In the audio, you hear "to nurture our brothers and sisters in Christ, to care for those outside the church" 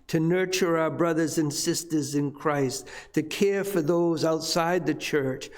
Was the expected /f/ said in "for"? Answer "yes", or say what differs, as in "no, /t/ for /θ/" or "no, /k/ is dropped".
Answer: yes